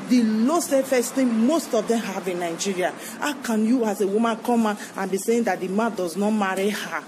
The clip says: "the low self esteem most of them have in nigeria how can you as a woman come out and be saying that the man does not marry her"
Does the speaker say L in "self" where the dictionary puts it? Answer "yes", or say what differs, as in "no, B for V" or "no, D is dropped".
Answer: no, L is dropped